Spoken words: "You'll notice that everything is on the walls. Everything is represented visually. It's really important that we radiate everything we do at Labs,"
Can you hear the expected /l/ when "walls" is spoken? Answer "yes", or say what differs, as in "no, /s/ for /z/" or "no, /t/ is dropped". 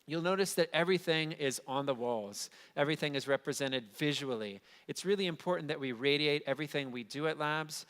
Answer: yes